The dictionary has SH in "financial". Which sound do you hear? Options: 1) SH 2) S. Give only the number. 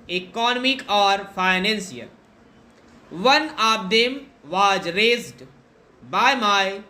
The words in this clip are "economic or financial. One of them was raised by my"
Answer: 2